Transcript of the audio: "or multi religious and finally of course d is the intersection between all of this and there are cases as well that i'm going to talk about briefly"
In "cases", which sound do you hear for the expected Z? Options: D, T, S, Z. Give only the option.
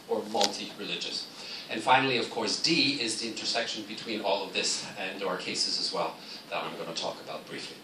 Z